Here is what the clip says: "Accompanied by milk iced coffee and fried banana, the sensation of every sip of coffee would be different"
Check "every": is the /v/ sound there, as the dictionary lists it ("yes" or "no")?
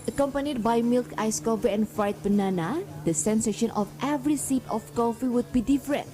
yes